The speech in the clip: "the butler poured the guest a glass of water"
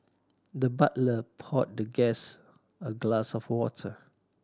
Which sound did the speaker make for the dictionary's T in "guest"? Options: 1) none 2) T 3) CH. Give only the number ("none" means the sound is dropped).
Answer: 1